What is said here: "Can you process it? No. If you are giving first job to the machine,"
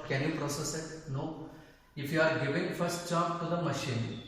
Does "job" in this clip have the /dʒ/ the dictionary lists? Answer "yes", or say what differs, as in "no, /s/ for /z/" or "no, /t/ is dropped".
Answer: no, /tʃ/ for /dʒ/